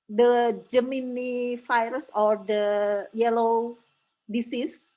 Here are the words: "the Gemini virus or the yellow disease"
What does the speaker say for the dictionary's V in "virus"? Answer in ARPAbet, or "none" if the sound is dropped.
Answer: F